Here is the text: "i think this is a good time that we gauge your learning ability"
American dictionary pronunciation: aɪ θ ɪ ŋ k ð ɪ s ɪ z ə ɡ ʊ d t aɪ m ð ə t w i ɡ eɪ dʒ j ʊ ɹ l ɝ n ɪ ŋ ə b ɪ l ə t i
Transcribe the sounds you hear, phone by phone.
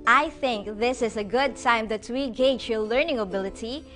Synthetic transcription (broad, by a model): aɪ θ ɪ ŋ k ð ɪ s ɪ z ə ɡ ʊ d t aɪ m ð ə t w i ɡ eɪ dʒ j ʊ l ɝ n ɪ ŋ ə b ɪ l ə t i